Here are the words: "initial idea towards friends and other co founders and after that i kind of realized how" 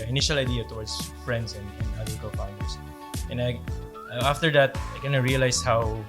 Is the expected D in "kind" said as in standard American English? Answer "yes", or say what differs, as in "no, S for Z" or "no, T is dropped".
no, D is dropped